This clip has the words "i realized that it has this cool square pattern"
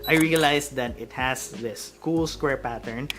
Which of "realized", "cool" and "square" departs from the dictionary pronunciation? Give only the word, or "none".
realized